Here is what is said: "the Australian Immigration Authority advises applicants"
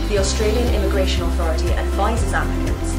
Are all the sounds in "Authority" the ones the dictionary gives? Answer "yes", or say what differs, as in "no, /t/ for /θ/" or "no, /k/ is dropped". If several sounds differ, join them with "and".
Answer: yes